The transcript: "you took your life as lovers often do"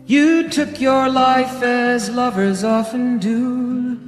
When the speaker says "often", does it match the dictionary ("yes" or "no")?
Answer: yes